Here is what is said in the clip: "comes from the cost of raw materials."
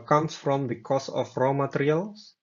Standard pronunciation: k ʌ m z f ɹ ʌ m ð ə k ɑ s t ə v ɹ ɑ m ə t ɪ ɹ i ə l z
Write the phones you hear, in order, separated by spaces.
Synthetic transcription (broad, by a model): k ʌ m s f ɹ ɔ m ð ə k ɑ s ə f ɹ ɑ m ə t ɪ ɹ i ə l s